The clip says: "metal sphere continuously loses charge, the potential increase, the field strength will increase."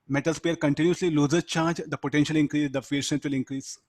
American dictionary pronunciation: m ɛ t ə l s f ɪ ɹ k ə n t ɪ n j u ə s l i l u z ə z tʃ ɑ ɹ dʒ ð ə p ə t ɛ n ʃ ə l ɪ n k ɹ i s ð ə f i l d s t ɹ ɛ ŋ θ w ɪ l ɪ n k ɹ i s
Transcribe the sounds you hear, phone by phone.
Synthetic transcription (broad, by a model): m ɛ t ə l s p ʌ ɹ k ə n t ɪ n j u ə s l i l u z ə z tʃ ɑ ɹ dʒ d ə p ə t ɛ n ʃ ə l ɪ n k ɹ i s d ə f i d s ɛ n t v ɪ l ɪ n k ɹ i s